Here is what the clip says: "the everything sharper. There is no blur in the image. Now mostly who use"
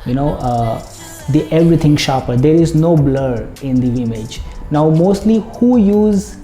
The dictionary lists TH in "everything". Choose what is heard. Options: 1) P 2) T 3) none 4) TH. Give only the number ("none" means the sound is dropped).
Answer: 2